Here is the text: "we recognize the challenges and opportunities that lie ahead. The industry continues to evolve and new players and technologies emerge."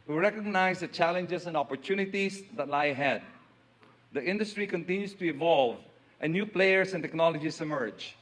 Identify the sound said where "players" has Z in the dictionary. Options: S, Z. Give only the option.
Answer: S